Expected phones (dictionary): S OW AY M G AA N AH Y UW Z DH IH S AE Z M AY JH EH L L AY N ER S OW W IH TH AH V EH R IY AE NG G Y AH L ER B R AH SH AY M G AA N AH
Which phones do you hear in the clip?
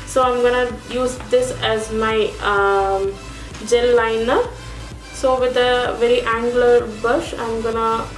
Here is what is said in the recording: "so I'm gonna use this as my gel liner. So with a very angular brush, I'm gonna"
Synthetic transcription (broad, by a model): S OW AY M G AA N AH Y UW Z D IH S AE Z M AY JH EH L L AY N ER S OW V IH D AH V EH R IY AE NG G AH L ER B AH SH AY M G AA N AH